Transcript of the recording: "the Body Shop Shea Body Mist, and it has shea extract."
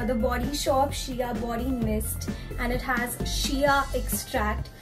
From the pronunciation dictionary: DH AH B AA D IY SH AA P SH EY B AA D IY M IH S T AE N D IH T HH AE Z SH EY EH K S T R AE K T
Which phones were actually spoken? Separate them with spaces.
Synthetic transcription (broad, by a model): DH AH B AA D IY SH AA P SH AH B AA D IY M IH S T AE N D IH T HH AE Z SH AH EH K S T R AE K T